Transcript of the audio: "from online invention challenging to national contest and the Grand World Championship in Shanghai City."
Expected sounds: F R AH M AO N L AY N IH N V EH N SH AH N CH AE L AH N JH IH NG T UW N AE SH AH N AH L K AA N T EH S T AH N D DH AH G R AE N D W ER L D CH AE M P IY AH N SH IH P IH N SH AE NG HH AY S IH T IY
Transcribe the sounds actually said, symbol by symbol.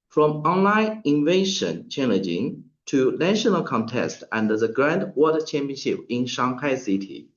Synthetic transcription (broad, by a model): F R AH M AO N L AY N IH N V EH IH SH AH N CH AE L AH N JH IH NG T UW N AE SH AH N AH L K AA N T EH S T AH N D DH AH G R AE N D W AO D CH AE M P IY AH N SH IH P IH N SH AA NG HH AY S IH T IY